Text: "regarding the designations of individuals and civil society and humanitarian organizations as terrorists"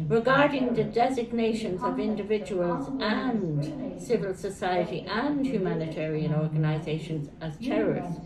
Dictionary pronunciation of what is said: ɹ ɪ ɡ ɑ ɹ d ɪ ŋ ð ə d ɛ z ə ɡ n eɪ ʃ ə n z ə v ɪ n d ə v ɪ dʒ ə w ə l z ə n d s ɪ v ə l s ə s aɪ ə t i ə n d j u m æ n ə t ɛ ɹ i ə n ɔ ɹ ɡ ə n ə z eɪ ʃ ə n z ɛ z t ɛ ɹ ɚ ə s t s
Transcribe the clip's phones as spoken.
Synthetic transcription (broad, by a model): ɹ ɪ ɡ ɑ ɹ d ɪ ŋ ð ə d ɛ z ə ɡ n eɪ ʃ ə n z ə v ɪ n d ə v ɪ dʒ ə w ə l z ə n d s ɪ v ə l s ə s aɪ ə t i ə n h j u m æ n ə t ɛ ɹ i ə n ɔ ɹ ɡ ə n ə z eɪ ʃ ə n z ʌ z t ɛ ɹ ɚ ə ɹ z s